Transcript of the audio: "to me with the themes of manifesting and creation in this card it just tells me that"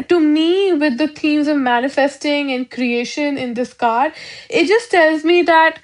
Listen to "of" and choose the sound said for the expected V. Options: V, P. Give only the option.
V